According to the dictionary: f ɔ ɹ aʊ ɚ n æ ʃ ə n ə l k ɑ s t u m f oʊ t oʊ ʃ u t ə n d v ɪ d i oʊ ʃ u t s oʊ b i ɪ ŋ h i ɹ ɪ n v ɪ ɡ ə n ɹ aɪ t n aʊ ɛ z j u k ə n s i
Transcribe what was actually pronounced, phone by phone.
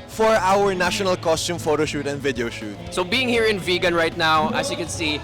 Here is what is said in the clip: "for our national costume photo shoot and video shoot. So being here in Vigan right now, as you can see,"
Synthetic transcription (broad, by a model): f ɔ ɹ aʊ ɚ n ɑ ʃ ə n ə l k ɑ s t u m f oʊ t oʊ ʃ u t ə n d v ɪ d i oʊ ʃ u t s oʊ b i ɪ ŋ h i ɹ ɪ n v ɪ ɡ ə n ɹ aɪ t n aʊ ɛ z j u k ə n s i